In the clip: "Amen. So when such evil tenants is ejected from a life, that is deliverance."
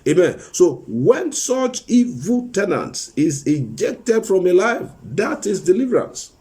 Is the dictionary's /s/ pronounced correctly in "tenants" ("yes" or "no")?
yes